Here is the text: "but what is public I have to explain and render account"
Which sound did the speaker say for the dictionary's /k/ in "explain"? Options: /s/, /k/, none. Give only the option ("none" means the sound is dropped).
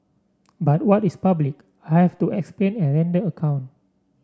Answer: /k/